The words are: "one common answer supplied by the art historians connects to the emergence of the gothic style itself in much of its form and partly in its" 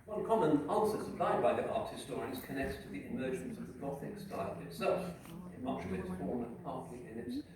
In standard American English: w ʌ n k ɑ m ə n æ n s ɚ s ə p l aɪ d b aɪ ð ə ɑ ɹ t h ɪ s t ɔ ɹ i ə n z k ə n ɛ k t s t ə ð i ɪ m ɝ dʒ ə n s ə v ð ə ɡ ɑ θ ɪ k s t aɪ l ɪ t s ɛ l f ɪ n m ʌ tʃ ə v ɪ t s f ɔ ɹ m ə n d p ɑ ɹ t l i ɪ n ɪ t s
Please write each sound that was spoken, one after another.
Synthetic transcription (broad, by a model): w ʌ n k ɑ m ə n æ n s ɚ s ə p l aɪ d b aɪ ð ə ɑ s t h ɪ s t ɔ ɹ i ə z k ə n ɛ k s t ə ð i ɪ m ɝ dʒ ə n s ə v ð ə ɡ ɑ θ ɪ k s t aɪ l ɪ t s ɛ l f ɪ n m ʌ tʃ ə v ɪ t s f ɔ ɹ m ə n p ɑ ɹ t l i ɪ n ɪ t s